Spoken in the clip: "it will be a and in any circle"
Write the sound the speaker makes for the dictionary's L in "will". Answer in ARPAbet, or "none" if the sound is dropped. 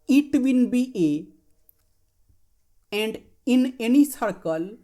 N